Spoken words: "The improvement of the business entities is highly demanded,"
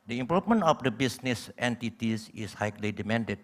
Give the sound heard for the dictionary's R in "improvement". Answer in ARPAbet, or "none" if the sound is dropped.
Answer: none